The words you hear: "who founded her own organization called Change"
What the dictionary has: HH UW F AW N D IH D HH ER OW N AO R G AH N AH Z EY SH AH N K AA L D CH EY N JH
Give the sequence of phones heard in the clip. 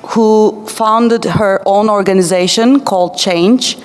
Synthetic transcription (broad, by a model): HH UW F AW N D IH D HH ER OW N AO R G AH N AH Z EY SH AH N K AA L D CH EY N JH